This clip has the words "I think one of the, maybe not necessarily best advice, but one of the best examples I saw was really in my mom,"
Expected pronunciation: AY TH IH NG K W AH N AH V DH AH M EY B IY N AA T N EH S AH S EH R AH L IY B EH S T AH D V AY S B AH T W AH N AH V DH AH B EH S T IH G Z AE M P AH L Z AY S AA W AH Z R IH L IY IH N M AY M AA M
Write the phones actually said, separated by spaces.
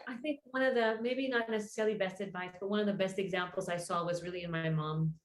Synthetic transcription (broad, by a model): AY TH IH NG K W AH N AH V DH AH M EY B IY N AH T N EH S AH S EH R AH L IY B EH S T AH D V AY S B AH T W AH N AH V DH AH B EH S T IH G Z AE M P L Z AY S AA W AH Z R IH L IY IH N M AY M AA M